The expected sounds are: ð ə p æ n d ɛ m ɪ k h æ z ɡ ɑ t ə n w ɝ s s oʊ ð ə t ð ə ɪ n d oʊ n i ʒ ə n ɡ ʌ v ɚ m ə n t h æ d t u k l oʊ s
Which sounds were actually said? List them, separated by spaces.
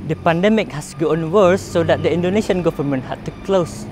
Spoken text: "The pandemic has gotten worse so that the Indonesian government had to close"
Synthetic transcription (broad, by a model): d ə p æ n d ɛ m ɪ k h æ s ɡ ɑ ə n w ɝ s s oʊ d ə t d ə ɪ n d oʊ n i ʃ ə n ɡ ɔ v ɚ m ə n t h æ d t u k l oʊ s